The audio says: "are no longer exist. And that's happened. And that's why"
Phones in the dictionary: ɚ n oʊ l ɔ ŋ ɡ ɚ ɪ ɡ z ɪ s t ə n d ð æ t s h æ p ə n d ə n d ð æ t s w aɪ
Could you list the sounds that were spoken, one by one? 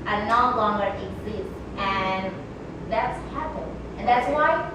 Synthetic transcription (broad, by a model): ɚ n oʊ l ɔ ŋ ɡ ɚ ɪ ɡ z ɪ s t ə n ð æ t s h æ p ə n ə n ð æ t s w aɪ